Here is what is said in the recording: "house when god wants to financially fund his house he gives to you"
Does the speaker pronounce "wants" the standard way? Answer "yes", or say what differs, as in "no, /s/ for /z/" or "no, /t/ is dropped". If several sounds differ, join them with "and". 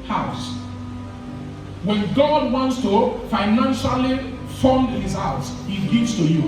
yes